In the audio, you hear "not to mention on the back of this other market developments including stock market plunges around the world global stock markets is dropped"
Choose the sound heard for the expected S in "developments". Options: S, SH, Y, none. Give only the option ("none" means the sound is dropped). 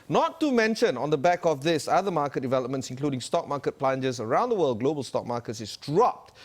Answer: S